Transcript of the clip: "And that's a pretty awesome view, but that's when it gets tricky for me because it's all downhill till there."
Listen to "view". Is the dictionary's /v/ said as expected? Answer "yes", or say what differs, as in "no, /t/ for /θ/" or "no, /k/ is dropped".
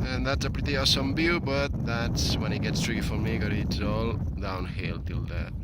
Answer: no, /b/ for /v/